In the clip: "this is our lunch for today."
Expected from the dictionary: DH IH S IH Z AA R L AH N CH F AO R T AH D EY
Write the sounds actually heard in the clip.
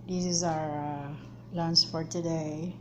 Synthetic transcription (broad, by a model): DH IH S IH Z AA R L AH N S F AO R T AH D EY